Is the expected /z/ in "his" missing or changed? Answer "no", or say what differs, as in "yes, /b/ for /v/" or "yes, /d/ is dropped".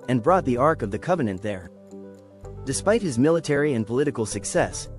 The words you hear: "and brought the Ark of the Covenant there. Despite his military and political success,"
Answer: no